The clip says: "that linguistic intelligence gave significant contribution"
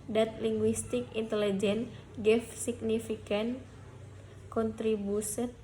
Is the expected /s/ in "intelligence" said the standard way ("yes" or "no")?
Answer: no